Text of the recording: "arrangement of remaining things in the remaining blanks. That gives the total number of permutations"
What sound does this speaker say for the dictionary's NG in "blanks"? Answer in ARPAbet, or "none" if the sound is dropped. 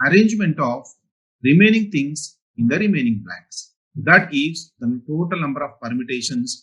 none